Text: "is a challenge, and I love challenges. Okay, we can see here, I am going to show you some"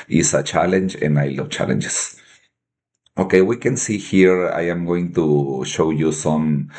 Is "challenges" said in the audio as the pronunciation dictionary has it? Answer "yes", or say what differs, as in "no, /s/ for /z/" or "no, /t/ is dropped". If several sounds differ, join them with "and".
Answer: no, /s/ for /z/